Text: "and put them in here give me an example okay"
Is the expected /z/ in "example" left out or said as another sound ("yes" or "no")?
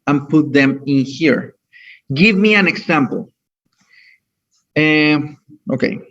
yes